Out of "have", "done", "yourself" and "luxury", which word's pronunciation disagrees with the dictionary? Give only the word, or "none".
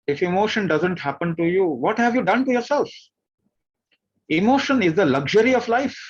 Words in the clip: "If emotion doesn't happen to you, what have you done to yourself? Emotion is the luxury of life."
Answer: none